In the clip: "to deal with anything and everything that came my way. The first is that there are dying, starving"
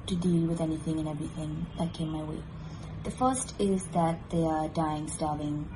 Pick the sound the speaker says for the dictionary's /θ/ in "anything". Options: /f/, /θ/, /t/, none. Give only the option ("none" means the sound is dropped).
/θ/